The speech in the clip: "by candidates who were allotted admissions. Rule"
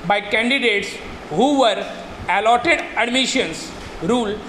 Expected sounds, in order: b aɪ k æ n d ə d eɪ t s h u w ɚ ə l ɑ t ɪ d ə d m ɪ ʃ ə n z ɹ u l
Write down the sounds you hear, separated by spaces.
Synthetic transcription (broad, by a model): b aɪ k æ n d ə d eɪ t s h u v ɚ ə l ɑ t ɪ d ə d m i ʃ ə n s ɹ u l